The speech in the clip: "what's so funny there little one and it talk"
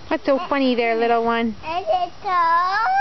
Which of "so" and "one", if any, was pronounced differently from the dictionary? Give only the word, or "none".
none